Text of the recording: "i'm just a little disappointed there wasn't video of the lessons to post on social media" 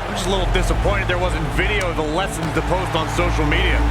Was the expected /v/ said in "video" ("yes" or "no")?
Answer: yes